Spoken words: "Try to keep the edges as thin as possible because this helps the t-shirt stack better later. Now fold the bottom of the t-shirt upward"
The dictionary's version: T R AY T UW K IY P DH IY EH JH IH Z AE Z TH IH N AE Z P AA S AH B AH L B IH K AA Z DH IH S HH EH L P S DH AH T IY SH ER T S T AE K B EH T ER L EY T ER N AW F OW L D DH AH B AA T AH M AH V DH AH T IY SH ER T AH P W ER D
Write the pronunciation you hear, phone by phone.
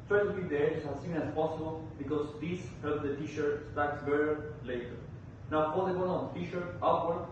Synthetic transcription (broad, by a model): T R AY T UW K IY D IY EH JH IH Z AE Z S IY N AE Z P AA S AH B AH L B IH K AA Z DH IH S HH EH L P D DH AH T IY SH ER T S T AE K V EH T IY L EY T ER N AW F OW D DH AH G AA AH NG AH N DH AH T IY SH ER T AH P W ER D